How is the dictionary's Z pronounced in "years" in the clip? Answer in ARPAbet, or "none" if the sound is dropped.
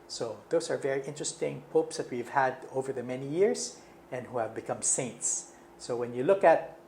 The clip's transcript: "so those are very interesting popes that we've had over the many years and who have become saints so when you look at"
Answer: S